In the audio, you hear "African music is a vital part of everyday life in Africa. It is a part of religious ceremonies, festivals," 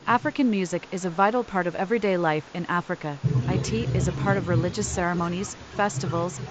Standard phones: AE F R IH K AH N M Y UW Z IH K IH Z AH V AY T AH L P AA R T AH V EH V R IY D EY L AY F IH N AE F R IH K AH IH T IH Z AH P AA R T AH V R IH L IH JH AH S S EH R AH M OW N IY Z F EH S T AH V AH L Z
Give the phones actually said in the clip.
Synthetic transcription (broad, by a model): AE F R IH K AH N M Y UW Z IH K IH Z AH V AY T L P AA R T AH V EH V R IY D EY L AY F IH N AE F R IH K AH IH T IH Z AH P AA R T AH V R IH L IH JH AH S S EH R AH M OW N IY Z F EH S T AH V L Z